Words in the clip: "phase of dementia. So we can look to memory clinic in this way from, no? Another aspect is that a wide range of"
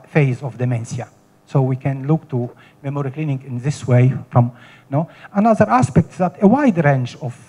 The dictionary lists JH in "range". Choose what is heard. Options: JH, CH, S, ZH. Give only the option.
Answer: CH